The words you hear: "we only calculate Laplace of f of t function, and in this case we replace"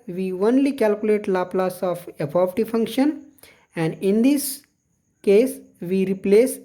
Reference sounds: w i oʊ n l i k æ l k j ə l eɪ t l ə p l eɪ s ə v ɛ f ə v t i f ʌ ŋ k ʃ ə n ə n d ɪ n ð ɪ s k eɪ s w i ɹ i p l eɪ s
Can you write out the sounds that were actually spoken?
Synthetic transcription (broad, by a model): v i oʊ n l i k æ l k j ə l eɪ t l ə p l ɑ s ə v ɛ p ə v t i f ʌ ŋ k ʃ ə n ə n d ɪ n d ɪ s k eɪ s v i ɹ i p l eɪ s